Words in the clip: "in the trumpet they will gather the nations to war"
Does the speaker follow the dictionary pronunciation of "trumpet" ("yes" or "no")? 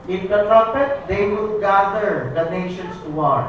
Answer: no